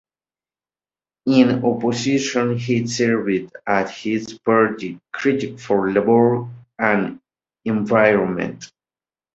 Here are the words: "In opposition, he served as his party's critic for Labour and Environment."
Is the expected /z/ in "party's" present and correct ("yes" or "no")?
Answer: no